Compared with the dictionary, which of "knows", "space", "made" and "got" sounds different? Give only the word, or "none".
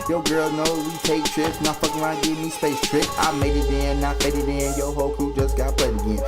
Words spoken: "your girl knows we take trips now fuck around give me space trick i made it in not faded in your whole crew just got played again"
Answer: knows